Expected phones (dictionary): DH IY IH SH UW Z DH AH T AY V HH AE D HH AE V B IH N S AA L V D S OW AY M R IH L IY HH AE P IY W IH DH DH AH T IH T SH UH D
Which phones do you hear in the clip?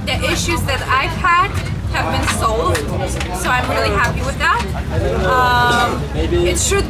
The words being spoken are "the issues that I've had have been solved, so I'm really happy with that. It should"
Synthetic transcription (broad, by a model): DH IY IH SH UW Z DH AH T AY V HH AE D HH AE V B IH N S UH L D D S OW AY M R IH L IY HH AE P IY W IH DH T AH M IH T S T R